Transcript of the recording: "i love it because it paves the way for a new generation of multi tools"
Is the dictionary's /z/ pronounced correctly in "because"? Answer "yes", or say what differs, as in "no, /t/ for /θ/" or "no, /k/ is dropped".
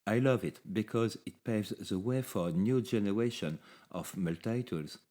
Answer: yes